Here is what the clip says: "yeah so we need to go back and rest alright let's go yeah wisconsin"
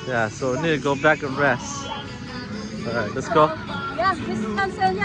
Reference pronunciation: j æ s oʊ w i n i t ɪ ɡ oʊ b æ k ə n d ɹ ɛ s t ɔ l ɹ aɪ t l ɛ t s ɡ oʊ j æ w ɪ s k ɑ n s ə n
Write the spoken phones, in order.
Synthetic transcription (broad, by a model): j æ s oʊ w i n i t ɪ ɡ oʊ b æ k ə n ɹ ɛ s t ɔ ɹ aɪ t l ɛ t s ɡ oʊ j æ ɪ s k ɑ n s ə